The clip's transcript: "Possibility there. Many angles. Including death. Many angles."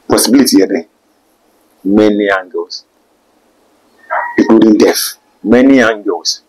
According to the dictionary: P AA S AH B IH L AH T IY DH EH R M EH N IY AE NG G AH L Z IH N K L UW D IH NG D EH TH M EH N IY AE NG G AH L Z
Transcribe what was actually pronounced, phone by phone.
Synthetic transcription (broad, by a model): P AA S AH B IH L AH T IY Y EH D M EH N IY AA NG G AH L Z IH K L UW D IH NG D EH F M EH N IY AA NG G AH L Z